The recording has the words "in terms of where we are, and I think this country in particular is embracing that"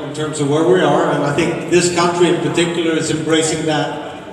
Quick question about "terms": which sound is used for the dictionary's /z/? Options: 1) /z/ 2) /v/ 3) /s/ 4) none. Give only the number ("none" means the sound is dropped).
1